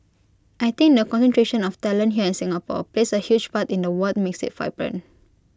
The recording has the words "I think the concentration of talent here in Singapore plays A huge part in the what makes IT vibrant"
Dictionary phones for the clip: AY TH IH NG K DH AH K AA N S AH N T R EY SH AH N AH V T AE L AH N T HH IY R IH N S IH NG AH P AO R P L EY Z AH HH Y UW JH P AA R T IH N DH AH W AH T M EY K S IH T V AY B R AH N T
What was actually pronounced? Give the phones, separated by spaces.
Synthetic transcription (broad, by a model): AY T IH NG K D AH K AA N S AH N T R EY SH AH N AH F T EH L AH N HH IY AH IH N S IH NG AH P AO P L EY S AH HH Y UW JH P AA T IH N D AH W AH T M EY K S IH T F AY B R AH N